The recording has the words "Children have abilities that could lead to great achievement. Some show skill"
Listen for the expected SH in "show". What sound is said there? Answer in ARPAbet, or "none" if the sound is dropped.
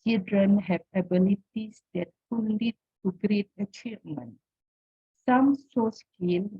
S